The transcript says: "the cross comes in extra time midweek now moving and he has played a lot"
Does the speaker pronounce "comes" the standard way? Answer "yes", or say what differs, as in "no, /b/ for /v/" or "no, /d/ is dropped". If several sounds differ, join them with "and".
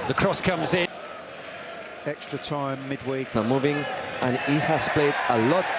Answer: yes